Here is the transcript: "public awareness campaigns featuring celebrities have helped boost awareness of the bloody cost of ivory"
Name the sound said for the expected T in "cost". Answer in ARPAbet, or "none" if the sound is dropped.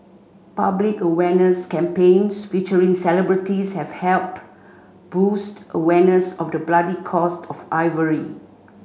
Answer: T